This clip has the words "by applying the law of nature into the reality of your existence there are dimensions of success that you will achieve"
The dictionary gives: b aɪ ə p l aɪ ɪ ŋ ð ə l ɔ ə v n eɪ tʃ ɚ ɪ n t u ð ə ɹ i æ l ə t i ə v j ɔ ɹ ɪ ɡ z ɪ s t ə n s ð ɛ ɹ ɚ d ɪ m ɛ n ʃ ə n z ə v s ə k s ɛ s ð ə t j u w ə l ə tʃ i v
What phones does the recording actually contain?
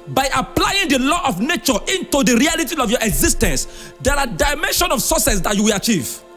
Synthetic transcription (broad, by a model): b aɪ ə p l aɪ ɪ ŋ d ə l ɔ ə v n eɪ tʃ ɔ ɪ n t u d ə ɹ i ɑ l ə t i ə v j ɔ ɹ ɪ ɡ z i s t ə n s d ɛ ɹ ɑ d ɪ m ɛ n ʃ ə n ə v s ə s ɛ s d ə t j u w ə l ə tʃ i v